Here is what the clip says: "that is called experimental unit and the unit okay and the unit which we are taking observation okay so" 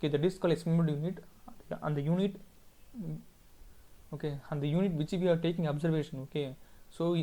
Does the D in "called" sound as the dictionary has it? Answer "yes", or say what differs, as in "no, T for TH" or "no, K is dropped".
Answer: no, D is dropped